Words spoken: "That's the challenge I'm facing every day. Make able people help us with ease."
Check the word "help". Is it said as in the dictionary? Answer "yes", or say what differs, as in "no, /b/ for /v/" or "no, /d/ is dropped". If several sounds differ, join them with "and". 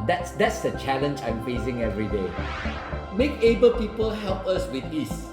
yes